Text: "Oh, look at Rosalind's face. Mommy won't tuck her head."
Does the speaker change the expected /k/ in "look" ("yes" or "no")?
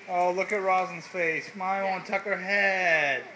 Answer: no